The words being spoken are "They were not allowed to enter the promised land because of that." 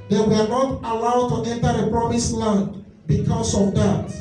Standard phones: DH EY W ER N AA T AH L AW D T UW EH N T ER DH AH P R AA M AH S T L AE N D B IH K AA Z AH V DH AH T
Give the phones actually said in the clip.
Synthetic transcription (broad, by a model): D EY W ER N AA T AH L AW D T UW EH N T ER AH P R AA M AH S L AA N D B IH K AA S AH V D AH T